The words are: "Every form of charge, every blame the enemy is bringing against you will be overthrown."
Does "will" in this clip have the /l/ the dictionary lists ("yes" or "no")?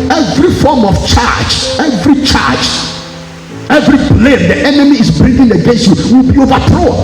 yes